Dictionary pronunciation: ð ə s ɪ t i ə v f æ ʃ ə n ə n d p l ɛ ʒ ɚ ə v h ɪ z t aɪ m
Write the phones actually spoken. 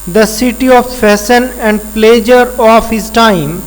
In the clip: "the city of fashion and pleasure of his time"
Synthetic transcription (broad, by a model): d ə s ɪ t i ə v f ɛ s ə n ə n d p l ɛ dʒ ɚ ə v h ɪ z t aɪ m